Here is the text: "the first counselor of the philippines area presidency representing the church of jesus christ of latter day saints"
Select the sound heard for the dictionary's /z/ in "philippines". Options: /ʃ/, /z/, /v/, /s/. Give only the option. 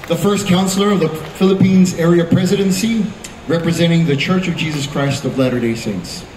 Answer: /z/